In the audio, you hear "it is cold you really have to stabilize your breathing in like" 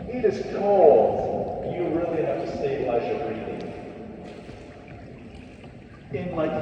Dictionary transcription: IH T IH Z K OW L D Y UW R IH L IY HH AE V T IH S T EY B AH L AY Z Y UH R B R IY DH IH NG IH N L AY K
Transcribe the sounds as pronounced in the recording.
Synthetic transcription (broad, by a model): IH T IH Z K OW L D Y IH R IH L IY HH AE F T IH S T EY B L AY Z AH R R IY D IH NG IH N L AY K